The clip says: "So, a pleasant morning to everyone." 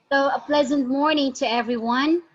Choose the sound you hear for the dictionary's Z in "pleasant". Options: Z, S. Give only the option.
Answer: Z